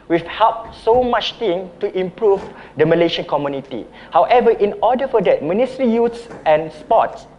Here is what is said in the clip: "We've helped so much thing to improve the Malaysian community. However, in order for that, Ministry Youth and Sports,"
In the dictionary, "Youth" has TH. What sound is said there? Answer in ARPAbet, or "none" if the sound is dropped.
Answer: S